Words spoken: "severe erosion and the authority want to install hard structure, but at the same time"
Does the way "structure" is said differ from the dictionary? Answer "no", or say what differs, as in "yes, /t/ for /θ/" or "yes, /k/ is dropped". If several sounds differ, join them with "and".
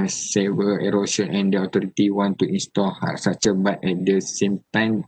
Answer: yes, /k/ is dropped